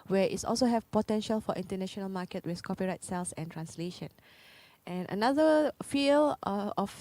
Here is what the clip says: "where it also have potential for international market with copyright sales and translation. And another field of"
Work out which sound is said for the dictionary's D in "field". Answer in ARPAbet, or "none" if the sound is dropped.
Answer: none